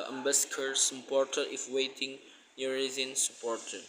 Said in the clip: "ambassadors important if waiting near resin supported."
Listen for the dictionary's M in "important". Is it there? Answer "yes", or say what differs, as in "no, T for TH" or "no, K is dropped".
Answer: no, M is dropped